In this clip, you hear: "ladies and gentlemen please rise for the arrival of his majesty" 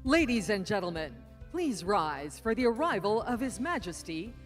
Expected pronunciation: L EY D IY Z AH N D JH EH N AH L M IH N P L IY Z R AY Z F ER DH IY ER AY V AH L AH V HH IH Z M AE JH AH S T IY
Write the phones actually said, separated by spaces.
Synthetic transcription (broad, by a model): L EY D IY Z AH N JH EH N L M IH N P L IY Z R AY Z F ER DH IY ER AY V AH L AH V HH IH Z M AE JH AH S T IY